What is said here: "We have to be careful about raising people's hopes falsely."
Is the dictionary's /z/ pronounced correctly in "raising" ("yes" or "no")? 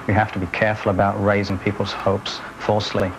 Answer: yes